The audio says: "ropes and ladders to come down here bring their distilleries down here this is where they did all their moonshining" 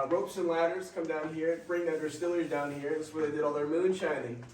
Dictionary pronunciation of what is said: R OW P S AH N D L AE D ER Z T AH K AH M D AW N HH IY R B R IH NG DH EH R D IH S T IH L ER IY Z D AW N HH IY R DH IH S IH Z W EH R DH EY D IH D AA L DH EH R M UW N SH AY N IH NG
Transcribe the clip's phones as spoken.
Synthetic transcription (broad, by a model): R OW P S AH N L AE D ER Z K AH M D AW N HH IY R B R IH NG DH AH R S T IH L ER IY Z D AW N HH IY R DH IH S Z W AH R DH EY D IH D AA L DH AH R M UW N SH AY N IH NG